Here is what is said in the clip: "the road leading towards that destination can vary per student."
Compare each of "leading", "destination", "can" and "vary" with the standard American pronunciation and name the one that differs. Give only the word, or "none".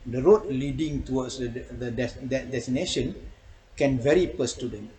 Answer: none